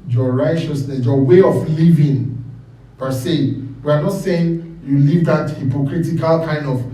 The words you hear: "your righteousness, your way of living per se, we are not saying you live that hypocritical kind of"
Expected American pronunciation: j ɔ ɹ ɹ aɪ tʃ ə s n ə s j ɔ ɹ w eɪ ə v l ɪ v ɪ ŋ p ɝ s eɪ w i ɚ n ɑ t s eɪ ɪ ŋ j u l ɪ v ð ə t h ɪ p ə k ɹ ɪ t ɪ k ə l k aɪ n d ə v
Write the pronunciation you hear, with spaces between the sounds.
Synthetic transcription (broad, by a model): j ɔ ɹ ɹ aɪ tʃ ə s n ə s j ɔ w eɪ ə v l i v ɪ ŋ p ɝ s eɪ w i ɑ n ɑ t s eɪ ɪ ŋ j u l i v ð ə t h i p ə k ɹ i t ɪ k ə l k aɪ n d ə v